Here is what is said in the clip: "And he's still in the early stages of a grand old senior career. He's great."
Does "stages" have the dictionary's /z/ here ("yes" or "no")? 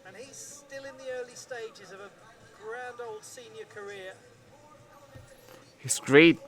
yes